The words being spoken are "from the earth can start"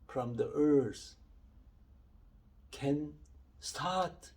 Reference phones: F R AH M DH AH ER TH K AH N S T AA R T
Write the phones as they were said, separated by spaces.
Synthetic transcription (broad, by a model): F R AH M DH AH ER S K AH N S T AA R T